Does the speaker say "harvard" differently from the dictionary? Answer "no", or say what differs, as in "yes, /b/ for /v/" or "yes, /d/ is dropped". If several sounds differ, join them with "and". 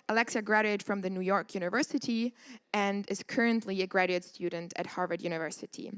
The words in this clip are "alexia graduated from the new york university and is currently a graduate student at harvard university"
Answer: no